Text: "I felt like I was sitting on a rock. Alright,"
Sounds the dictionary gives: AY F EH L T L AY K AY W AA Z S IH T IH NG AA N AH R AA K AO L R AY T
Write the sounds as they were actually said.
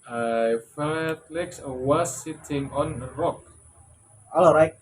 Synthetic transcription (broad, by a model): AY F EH T L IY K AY W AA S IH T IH NG AA N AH R AA K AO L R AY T